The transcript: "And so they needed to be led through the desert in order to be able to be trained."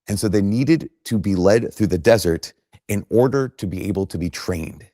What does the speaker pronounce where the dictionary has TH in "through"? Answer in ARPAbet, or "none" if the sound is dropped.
TH